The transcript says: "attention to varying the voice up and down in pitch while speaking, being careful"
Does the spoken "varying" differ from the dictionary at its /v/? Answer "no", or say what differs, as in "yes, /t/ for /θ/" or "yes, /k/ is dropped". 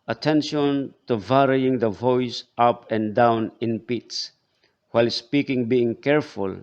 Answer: no